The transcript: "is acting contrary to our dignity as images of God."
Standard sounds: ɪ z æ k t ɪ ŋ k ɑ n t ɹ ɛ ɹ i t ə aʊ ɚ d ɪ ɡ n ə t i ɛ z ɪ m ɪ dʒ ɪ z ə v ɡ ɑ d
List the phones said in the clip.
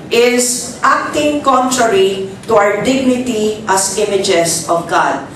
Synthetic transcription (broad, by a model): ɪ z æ k t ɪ ŋ k ɑ n t ɹ ɛ ɹ i t ə aʊ ɚ d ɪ ɡ n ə t i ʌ s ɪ m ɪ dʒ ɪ s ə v ɡ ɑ d